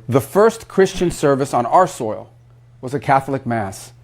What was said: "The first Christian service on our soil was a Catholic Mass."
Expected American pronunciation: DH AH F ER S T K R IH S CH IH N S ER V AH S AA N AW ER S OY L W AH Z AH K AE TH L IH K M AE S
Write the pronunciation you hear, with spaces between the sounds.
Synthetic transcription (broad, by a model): DH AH F ER S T K R IH S CH IH N S ER V AH S N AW ER S OY L W AH Z AH K AE TH L IH K M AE S